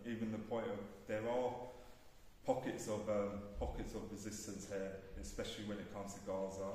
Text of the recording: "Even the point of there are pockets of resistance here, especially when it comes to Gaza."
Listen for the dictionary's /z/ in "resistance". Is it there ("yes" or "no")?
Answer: yes